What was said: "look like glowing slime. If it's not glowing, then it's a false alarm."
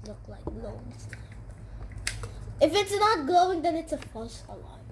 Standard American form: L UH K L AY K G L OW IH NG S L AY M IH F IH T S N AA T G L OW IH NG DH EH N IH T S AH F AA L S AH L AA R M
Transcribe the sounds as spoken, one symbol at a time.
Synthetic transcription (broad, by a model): L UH K L AY K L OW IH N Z IH F IH T S N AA T G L OW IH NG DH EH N IH T S AH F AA S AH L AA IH